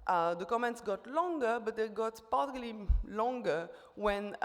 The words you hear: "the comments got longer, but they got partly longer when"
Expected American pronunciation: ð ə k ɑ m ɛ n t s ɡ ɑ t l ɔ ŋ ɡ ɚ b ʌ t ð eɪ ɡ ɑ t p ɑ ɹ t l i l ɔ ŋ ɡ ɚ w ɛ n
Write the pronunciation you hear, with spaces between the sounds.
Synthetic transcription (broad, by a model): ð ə k ɑ m ɛ n t s ɡ ɑ t l ɔ ŋ ɡ ɚ b ʌ t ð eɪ ɡ ɑ t p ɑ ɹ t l i l ɔ ŋ ɡ ɚ w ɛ n